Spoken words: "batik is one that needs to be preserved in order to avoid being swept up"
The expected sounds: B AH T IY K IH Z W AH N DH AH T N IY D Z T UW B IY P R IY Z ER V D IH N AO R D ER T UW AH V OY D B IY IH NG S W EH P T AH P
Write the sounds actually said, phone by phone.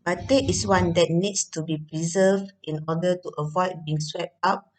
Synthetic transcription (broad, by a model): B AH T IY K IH S W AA N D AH T N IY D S T UW B IY P R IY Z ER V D IH N AO D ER T UW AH V OY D B IY IH NG S W EH P T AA P